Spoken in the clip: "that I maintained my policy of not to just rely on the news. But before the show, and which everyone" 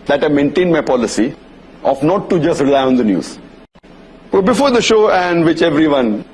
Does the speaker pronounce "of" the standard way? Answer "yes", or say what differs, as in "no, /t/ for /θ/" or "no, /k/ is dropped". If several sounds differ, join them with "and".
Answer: no, /f/ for /v/